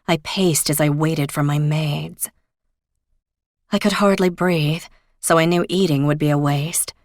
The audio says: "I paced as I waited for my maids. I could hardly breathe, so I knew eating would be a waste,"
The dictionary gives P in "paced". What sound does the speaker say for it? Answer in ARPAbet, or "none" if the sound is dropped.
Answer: P